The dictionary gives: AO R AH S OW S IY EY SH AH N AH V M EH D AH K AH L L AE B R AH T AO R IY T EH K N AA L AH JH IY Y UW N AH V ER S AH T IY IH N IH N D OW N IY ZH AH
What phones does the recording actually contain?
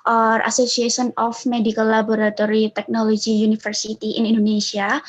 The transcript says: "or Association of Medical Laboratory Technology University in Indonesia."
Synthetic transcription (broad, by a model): AO R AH S OW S IY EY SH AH N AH F M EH D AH K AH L L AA B R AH T AO R IY T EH K N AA L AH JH IY Y UW N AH F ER S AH T IY IH N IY N D OW N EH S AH